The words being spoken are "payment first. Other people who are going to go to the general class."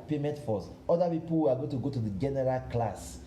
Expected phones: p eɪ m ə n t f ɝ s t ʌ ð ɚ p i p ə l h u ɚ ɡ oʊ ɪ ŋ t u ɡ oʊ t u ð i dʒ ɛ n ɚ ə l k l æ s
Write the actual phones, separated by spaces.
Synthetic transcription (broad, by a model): p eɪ m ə n t f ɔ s ɔ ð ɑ p i p ə l h u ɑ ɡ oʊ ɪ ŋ t u ɡ oʊ t u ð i dʒ ɛ n ɚ ə l k l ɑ s